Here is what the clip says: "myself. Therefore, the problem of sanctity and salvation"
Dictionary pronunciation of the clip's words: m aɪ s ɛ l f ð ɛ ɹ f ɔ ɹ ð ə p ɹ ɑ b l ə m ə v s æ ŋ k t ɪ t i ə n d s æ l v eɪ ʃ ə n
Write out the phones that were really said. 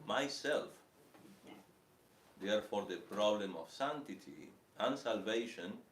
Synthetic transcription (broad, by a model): m aɪ s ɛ l f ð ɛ ɹ f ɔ ɹ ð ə p ɹ ɑ b l ə m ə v s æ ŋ t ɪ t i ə n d s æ l v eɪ ʃ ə n